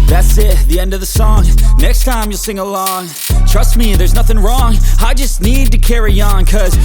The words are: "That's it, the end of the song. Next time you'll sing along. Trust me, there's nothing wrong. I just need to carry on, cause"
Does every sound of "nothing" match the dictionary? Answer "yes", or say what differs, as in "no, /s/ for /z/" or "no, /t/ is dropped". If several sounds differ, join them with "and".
yes